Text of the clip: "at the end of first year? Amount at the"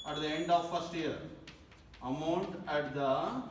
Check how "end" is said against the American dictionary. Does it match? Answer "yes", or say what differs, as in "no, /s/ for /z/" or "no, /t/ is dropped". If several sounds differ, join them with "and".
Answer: yes